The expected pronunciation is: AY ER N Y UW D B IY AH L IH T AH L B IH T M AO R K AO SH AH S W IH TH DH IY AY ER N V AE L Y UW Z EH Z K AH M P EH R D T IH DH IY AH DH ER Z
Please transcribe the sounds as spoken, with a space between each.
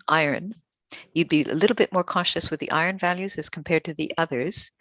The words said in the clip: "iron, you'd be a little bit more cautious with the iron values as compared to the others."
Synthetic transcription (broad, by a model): AY ER N Y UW D B IY AH L IH T L B IH T M AO R K AO SH AH S W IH DH IY AY ER N V AE L Y UW Z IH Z K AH M P EH R D T IH DH IY AH DH ER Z